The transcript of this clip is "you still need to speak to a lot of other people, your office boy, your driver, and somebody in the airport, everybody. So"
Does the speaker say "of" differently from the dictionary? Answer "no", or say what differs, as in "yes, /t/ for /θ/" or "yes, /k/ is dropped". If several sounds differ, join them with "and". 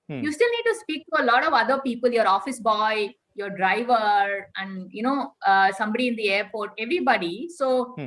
no